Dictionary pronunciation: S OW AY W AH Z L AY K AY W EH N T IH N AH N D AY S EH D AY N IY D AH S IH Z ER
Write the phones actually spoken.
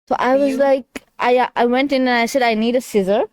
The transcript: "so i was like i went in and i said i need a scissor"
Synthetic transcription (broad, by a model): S OW AY W AH Z L AY K AY W EH N T IH N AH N AY S EH D AY N IY D AH S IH Z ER